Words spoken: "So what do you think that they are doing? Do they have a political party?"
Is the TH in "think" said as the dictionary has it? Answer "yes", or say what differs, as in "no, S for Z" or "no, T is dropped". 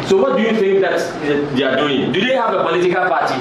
no, F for TH